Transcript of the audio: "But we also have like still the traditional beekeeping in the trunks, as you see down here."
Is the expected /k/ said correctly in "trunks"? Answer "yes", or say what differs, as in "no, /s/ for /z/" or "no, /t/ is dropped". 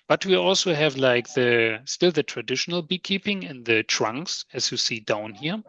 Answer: yes